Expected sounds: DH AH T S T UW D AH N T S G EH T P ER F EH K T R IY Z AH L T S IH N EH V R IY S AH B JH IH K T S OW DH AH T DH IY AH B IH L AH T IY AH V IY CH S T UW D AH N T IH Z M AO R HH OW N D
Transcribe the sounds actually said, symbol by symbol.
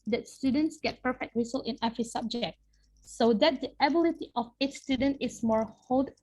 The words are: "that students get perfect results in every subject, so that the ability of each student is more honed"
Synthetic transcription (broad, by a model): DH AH T S T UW D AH N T S G EH T P ER F EH K T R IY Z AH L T IH N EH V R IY S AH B JH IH K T S OW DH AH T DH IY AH B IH L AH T IY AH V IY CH S T UW D AH N T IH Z M AO R HH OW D